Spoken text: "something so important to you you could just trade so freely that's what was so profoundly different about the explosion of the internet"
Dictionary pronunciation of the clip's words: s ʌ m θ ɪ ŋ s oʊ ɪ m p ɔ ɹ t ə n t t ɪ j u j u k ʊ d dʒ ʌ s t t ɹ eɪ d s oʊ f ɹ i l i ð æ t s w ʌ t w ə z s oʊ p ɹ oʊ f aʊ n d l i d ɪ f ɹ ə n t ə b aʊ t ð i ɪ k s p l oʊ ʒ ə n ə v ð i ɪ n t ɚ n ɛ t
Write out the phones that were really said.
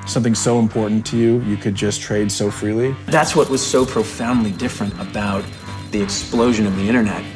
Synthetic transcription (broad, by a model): s ʌ m θ ɪ ŋ s oʊ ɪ m p ɔ ɹ t n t t ɪ j u j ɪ k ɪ d dʒ ʌ s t t ɹ eɪ d s oʊ f ɹ i l i ð æ t s w ʌ t w ə z s oʊ p ɹ oʊ f aʊ n d l i d ɪ f ɹ ə n t ə b aʊ t ð i ɪ k s p l oʊ ʒ ə n ə v ð i ɪ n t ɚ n ɛ t